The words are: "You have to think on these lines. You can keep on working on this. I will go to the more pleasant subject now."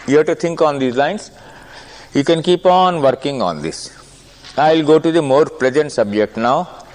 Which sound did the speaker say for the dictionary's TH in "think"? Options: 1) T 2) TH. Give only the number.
1